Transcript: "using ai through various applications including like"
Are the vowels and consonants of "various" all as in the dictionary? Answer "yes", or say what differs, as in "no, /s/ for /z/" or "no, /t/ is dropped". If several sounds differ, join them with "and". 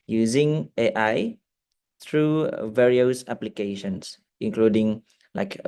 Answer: yes